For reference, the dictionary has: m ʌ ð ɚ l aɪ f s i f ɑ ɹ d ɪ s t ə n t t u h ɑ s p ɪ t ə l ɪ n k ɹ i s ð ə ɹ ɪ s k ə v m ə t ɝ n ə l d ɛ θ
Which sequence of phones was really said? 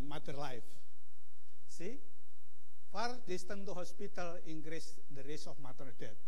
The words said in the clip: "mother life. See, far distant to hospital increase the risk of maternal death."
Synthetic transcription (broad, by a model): m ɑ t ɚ l aɪ f s i f ɑ ɹ d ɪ s t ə n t t u h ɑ s p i t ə l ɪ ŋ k ɹ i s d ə ɹ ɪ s ə f m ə t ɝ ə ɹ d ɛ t